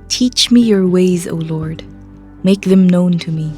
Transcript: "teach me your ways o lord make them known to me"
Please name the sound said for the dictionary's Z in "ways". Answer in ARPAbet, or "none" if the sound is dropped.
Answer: Z